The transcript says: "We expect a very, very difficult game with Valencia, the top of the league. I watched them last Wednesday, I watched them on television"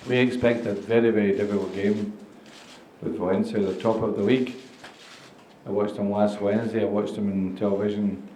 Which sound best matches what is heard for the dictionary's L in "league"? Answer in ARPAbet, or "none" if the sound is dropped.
W